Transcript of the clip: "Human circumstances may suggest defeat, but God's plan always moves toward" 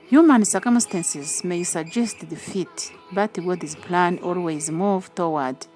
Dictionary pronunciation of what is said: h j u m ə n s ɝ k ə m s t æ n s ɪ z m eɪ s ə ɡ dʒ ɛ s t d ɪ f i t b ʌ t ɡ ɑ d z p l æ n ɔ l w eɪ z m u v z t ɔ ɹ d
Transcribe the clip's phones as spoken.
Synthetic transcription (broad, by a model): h j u m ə n s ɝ k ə m s t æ n s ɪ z m eɪ s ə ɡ dʒ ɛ s t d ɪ f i t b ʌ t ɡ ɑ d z p l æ n ɔ l w eɪ z m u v t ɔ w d